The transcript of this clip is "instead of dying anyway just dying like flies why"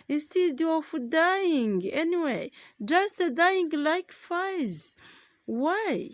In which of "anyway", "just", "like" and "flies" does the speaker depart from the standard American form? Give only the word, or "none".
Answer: flies